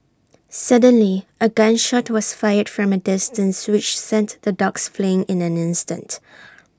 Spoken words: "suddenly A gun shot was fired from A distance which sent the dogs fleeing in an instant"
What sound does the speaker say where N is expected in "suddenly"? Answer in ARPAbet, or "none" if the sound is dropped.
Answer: N